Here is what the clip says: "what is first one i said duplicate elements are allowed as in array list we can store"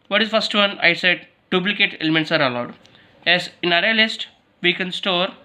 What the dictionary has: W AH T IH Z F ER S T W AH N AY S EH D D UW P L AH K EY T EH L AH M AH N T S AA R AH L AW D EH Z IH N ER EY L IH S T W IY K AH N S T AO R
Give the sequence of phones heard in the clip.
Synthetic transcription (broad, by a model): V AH T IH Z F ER S T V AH N AY S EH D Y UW B L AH K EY T EH L AH M AH N T S AA R AH L AW D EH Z IH N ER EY L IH S T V IY K AH N S T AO R